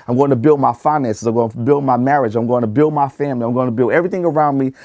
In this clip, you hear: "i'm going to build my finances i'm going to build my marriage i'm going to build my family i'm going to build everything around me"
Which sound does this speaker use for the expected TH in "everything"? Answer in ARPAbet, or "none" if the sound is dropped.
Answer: TH